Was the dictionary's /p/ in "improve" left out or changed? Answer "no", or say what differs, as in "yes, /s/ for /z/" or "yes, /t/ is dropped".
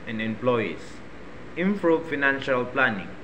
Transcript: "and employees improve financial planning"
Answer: yes, /f/ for /p/